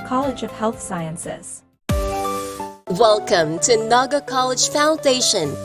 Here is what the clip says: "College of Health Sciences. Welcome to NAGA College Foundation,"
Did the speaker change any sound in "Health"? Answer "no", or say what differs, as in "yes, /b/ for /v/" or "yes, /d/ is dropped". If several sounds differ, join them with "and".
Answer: no